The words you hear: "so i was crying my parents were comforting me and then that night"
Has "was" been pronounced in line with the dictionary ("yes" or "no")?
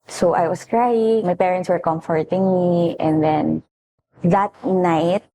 no